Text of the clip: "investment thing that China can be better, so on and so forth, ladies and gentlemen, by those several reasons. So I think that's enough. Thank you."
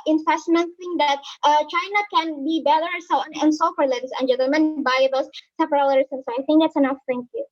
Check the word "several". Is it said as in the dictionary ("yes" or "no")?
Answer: no